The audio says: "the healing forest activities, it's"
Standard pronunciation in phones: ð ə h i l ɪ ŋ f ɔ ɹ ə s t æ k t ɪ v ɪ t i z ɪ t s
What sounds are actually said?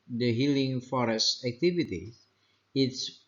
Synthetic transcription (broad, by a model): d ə h i l ɪ ŋ f ɔ ɹ ə s t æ k t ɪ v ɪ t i ɪ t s